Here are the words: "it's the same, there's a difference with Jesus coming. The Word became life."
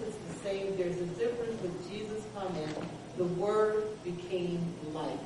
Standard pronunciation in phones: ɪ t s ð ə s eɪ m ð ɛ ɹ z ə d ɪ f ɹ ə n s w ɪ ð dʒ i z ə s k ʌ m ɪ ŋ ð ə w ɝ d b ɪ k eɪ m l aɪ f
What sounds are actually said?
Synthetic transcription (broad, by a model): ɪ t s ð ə s eɪ m ð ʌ ɹ z ə d ɪ f ɹ ə n s w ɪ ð dʒ i z ə s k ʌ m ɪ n ð ə w ɝ d b ɪ k eɪ m l aɪ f